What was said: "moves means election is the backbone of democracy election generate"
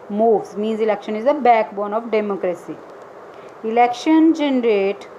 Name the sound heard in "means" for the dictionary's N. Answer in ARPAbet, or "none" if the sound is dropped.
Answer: N